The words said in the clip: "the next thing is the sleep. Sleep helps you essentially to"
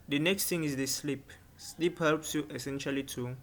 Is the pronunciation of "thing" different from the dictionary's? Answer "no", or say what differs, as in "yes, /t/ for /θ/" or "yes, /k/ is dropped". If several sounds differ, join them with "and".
yes, /t/ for /θ/